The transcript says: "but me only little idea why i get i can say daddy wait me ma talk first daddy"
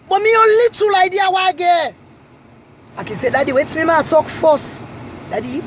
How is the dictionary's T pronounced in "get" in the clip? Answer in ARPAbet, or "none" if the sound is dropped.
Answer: none